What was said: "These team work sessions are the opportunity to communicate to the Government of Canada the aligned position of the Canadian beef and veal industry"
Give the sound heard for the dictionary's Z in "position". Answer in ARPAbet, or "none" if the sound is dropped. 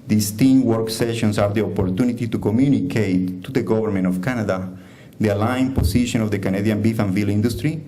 S